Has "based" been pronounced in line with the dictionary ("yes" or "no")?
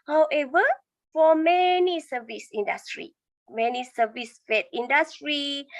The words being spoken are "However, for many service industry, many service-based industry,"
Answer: no